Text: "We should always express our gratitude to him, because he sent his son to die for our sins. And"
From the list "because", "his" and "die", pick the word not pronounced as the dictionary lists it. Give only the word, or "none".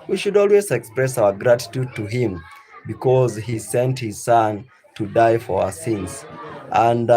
none